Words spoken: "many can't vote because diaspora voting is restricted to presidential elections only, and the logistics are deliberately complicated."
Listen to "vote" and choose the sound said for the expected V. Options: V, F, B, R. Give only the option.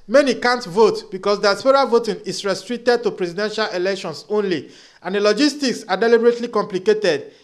V